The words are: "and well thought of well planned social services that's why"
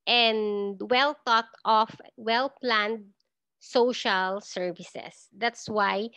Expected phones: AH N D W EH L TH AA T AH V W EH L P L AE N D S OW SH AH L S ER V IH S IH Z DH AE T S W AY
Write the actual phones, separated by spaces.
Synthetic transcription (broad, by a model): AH N D W EH L T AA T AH F W EH L P L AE N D S OW SH AH L S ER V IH S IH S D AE T S W AY